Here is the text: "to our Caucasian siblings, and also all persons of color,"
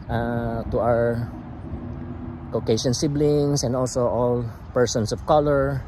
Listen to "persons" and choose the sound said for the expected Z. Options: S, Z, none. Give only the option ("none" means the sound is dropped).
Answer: S